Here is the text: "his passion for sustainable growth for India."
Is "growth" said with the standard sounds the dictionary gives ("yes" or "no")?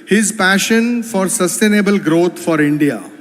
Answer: no